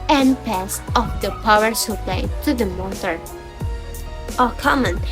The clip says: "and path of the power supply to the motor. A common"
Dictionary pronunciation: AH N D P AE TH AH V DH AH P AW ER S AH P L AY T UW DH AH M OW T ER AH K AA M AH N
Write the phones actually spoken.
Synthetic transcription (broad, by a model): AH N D P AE S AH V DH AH P AW ER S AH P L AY T UW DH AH M OW T ER AH K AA M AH N